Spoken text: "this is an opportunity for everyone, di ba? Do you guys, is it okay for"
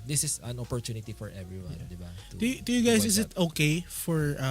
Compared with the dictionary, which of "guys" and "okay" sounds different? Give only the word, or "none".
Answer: guys